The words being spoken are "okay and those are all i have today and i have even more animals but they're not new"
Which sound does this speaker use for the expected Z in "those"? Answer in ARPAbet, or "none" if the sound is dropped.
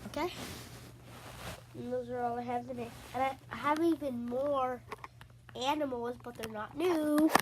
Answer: Z